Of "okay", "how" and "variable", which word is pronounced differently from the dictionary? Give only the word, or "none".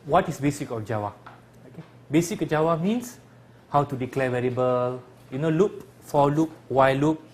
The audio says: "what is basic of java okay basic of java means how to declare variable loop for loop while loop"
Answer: variable